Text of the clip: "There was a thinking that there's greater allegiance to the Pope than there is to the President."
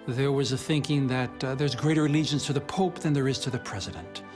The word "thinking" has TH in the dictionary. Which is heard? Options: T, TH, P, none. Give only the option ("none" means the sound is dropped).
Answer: TH